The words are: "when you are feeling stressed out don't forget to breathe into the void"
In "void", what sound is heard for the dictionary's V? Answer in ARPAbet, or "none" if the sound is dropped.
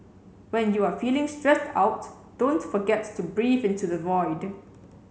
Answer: V